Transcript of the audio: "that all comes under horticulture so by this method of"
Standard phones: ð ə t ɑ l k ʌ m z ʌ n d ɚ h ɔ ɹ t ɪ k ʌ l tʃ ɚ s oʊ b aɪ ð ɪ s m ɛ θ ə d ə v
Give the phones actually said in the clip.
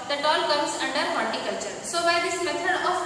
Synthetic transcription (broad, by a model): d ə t ɑ l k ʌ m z ʌ n d ɚ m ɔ l t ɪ k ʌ l tʃ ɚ s oʊ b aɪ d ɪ s m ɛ t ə d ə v